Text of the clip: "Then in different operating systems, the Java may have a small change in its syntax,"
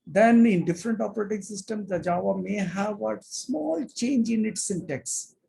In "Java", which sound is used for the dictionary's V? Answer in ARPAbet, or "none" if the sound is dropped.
V